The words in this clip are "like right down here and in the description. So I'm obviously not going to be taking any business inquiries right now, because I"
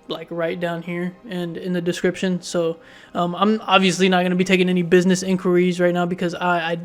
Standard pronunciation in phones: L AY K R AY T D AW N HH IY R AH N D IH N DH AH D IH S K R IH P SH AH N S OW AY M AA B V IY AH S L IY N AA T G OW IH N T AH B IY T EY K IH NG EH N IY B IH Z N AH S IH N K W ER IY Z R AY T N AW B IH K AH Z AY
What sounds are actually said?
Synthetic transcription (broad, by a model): L AY K R AY T D AW N HH IY R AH N IH N DH AH D IH S K R IH P SH AH N S OW AY M AA B V IY AH S L IY N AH T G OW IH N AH B IY T EY K IH NG EH N IY B IH Z N AH S IH N K W ER IY Z R AY T N AW B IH K AH Z AY